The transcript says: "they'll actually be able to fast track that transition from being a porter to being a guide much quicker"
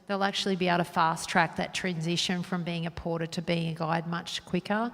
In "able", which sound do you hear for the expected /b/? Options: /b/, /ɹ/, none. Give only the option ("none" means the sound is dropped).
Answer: none